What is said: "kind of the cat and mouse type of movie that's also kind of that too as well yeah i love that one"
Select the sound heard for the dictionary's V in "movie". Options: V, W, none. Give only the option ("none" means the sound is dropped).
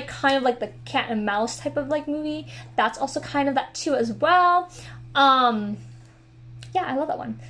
V